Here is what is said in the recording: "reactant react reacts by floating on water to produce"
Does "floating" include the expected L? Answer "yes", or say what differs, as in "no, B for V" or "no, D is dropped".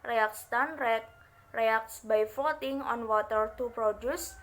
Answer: no, L is dropped